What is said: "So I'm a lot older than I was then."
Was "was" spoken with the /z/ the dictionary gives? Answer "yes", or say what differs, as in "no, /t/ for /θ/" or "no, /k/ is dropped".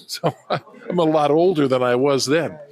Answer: yes